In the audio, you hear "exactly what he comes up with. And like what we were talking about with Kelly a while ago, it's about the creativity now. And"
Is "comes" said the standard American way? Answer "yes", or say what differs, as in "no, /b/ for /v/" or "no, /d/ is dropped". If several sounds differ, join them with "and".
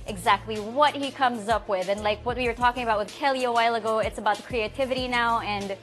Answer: yes